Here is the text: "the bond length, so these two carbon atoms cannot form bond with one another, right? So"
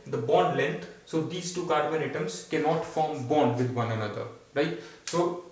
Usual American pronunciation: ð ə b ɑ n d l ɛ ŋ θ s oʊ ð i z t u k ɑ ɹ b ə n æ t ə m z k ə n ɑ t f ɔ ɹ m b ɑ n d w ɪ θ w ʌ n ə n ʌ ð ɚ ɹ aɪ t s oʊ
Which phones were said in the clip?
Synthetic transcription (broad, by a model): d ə b ɑ n d l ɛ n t s oʊ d i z t u k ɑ ɹ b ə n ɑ t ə m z k ə n ɑ t f ɔ ɹ m b ɑ n d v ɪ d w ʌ n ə n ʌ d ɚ ɹ aɪ t s oʊ